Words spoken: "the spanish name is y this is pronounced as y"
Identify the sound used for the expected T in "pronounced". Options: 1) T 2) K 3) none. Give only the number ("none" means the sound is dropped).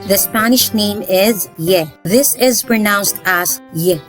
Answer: 1